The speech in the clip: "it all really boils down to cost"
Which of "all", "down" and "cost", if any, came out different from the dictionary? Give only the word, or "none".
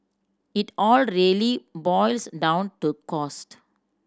none